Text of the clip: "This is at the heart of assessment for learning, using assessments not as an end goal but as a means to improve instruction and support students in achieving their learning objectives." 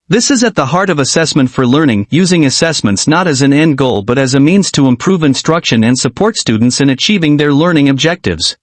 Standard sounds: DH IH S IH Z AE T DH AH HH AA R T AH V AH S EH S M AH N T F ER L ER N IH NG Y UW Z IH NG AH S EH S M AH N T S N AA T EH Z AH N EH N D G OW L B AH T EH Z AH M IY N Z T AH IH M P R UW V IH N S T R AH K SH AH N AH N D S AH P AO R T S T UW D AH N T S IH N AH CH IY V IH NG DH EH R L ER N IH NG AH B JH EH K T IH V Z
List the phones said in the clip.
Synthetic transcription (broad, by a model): DH IH S IH Z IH T DH AH HH AA R T AH V AH S EH S M AH N T F ER L ER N IH NG Y UW Z IH NG AH S EH S M AH N T S N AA T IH Z AH N EH N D G OW L B AH T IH Z AH M IY N Z T AH IH M P R UW V IH N S T R AH K SH AH N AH N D S AH P AO R T S T UW D N T S IH N AH CH IY V IH NG DH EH R L ER N IH NG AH B JH EH K T IH V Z